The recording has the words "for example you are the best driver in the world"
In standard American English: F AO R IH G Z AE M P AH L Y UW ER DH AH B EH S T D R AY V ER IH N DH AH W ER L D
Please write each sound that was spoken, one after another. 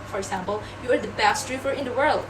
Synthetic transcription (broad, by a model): F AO R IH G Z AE M P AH L Y UW ER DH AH B EH S T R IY F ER IH N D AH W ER L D